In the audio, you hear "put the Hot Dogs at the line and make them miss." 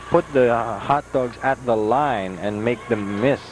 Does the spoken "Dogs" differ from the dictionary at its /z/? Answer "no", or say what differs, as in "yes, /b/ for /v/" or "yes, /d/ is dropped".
no